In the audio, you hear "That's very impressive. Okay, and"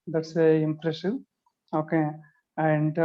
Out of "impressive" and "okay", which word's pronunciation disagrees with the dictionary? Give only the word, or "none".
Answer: impressive